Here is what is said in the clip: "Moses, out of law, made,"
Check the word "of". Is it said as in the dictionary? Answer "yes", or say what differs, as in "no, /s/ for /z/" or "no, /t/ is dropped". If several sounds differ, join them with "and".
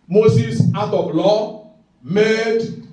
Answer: no, /b/ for /v/